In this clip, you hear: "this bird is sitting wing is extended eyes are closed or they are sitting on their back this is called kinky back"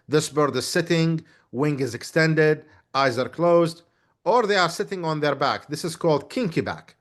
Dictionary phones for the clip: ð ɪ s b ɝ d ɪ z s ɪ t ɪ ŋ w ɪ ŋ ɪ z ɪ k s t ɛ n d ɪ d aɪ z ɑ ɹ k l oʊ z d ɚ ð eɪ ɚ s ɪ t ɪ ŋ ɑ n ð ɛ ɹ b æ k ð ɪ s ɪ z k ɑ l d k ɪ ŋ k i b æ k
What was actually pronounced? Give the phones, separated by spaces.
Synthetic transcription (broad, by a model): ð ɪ s b ɝ d ɪ z s ɪ t ɪ ŋ w ɪ ŋ ɪ z ɪ k s t ɛ n d ɪ d aɪ z ɑ ɹ k l oʊ z d ɚ ð eɪ ɚ s ɪ t ɪ ŋ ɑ n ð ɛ ɹ b æ k ð ɪ s ɪ z k ɑ l d k ɪ ŋ k i b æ k